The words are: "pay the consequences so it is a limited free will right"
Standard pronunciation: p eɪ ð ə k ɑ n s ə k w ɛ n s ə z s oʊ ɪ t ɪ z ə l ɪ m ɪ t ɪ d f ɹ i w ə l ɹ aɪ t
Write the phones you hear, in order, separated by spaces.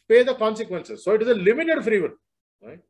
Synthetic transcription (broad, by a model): p eɪ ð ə k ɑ n s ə k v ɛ n s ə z s oʊ ɪ t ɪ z ə l ɪ m ɪ t ɪ d f ɹ i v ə n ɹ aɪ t